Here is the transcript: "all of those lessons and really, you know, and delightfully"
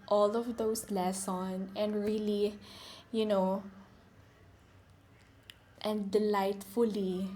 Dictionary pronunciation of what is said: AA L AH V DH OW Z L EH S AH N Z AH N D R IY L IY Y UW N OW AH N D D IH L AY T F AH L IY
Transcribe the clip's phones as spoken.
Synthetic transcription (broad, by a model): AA L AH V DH OW S L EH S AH N AH N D R IY L IY Y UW N OW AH N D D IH L AY T F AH L IY